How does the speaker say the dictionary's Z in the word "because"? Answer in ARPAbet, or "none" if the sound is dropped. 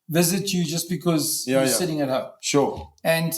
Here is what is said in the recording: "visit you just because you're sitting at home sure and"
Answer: Z